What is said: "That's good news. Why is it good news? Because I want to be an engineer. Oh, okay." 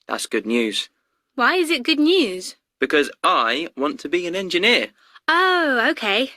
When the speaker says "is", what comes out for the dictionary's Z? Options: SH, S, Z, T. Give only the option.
Z